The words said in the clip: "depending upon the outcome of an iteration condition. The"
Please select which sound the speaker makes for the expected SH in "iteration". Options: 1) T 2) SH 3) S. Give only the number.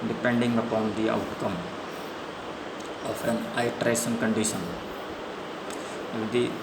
3